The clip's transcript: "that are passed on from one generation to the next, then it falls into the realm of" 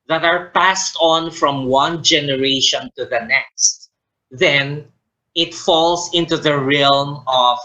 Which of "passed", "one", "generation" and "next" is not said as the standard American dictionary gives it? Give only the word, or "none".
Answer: none